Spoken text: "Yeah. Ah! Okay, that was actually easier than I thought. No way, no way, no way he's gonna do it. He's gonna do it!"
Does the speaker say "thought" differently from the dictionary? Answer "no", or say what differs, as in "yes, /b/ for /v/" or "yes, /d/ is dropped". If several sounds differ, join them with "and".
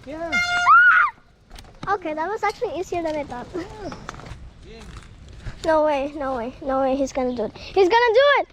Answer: yes, /t/ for /θ/